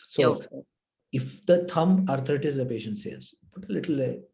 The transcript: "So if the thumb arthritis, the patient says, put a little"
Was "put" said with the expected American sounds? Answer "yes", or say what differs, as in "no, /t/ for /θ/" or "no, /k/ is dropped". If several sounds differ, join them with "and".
no, /b/ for /p/